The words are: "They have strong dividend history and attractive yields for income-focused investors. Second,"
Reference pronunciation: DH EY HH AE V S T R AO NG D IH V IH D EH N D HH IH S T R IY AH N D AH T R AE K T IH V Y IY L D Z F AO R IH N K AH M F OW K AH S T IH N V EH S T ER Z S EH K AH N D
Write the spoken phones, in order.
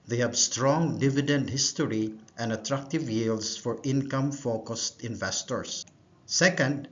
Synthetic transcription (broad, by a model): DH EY HH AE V S T R AO NG D IH V IH D EH N D HH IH S T R IY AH N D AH T R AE K T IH V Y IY L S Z F AO R IH N K AH M F OW K AH S T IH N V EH S T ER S S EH K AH N D